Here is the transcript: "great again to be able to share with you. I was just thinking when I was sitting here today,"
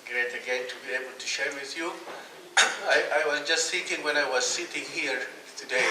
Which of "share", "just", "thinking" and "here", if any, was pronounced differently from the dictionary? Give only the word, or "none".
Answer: thinking